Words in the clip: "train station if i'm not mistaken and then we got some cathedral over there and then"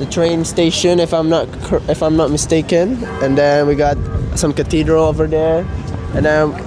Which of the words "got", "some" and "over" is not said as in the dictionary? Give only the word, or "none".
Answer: none